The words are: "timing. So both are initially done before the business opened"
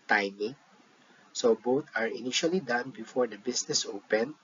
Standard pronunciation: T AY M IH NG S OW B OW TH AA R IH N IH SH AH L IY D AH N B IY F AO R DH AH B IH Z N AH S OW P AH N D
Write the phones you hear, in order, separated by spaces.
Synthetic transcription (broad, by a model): T AY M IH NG S OW B OW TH AA R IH N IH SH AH L IY D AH N B IY F AO R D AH B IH S N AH S OW P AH N